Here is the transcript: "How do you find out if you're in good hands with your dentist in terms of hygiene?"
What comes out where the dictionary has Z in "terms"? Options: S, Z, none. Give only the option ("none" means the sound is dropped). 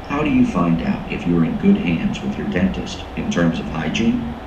Z